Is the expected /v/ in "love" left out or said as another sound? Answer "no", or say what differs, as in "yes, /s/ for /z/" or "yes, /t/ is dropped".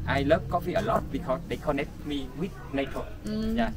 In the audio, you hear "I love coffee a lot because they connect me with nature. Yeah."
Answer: yes, /p/ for /v/